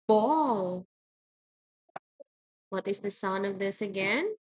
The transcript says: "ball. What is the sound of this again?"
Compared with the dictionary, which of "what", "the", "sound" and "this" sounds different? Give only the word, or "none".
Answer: sound